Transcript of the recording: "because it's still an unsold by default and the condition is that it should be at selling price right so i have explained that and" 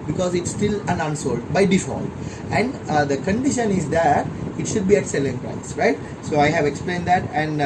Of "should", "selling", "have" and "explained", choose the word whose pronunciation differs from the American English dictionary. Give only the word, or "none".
none